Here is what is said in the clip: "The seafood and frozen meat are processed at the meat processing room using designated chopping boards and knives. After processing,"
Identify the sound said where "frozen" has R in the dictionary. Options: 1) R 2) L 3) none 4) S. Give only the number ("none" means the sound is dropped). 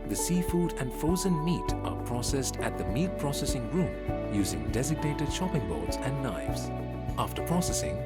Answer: 3